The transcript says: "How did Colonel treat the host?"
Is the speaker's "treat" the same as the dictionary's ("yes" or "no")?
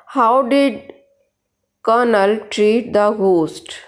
yes